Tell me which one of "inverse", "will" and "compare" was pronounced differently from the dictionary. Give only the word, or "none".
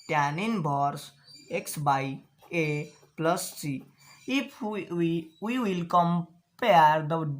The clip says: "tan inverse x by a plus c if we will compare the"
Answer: inverse